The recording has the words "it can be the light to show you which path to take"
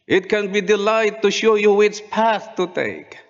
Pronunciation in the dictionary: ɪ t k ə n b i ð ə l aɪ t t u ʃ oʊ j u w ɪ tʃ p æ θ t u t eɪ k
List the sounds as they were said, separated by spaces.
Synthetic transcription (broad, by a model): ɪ t k ə n b i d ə l aɪ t t u ʃ oʊ j u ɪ s p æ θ t u t eɪ k